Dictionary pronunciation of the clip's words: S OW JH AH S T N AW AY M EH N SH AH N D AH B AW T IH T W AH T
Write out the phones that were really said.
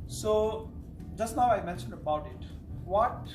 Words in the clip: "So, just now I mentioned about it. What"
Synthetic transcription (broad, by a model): S OW JH AH S T N AW AY M EH N SH AH N D AH B AW T IH T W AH T